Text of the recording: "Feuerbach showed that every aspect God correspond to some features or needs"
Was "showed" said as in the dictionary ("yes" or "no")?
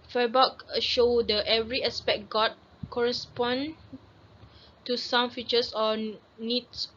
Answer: yes